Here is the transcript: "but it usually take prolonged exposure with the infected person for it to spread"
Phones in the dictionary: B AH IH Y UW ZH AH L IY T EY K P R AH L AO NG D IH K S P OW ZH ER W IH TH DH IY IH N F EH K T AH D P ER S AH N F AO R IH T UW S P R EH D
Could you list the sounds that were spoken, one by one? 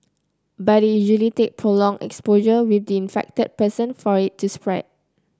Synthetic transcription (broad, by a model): B IH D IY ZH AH L IY T EY K P R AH L AO NG IH K S P OW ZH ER W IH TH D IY IH N F EH K T AH D P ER S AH N F AO R IH T UW S P R EH D